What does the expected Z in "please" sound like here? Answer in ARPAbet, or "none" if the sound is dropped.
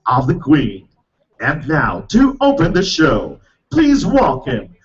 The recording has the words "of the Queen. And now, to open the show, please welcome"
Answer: Z